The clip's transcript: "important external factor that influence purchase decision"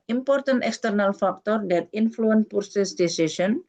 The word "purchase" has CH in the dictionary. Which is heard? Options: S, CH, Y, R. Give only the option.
S